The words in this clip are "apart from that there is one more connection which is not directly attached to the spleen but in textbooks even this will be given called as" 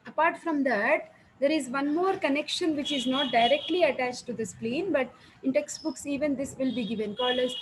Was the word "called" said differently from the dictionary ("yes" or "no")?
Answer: yes